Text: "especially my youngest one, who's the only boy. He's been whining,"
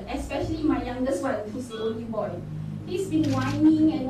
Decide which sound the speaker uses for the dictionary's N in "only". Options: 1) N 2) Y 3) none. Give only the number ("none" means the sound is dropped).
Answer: 3